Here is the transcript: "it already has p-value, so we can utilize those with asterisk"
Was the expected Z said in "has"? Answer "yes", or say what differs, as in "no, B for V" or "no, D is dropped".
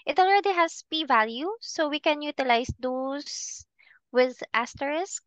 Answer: no, S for Z